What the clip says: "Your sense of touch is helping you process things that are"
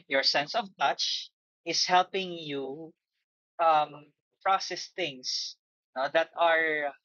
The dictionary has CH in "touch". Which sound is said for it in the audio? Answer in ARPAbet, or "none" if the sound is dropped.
CH